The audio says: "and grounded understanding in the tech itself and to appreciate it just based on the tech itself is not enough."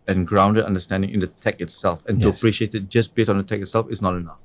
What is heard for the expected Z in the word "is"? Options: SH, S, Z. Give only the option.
S